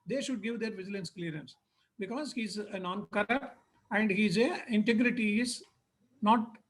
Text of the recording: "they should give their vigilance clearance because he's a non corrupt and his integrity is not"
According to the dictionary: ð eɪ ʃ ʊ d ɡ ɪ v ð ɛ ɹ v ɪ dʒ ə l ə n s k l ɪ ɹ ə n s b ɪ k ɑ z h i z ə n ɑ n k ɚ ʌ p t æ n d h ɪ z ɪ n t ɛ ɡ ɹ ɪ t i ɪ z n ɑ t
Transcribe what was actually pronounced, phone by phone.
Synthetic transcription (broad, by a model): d eɪ ʃ ʊ d ɡ ɪ v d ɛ ɹ v ɪ dʒ ə l ə n s k l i ɹ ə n s b ɪ k ɑ z h i z ə n ɑ n k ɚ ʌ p t æ n d h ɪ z ɪ n t ɛ ɡ ɹ ɪ t i ɪ z n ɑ t